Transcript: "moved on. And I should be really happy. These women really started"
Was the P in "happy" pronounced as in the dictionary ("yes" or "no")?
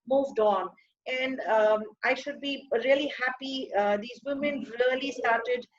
yes